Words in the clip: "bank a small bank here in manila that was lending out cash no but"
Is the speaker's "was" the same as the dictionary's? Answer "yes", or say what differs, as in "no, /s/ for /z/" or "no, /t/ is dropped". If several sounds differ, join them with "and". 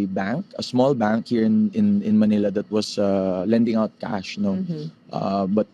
no, /s/ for /z/